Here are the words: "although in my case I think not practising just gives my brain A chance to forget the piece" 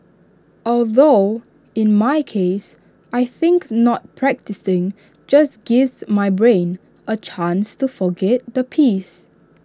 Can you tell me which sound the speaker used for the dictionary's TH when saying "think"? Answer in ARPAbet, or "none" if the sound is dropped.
TH